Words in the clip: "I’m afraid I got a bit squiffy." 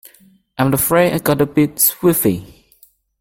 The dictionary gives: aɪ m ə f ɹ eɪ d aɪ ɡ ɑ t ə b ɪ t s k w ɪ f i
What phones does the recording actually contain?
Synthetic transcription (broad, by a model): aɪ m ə f ɹ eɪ aɪ ɡ ɑ t ə b ɪ t s w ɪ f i